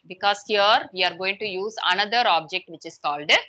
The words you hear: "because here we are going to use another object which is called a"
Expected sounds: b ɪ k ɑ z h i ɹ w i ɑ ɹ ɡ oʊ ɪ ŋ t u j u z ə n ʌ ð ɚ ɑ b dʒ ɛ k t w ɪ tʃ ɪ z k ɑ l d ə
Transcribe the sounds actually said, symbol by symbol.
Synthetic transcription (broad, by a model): b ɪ k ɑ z h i ɹ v i ɑ ɹ ɡ oʊ ɪ ŋ t u j u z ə n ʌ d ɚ ɑ b dʒ ɛ k t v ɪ tʃ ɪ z k ɑ l d